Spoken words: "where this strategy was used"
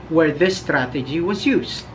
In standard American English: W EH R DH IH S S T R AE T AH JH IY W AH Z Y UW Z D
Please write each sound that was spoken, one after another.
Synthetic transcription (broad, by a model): W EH R DH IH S S T R AE T AH JH IY W AH Z Y UW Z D